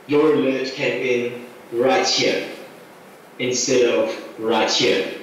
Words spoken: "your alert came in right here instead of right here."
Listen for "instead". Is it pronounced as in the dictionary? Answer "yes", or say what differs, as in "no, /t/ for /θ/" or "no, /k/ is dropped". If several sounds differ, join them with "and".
yes